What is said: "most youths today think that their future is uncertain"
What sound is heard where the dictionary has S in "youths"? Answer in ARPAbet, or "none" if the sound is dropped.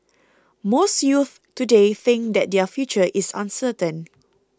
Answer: none